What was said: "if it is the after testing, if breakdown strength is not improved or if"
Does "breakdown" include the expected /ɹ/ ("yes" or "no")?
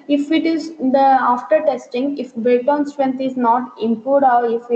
no